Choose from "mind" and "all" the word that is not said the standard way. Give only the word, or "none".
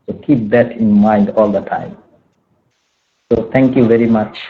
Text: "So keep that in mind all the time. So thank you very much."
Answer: none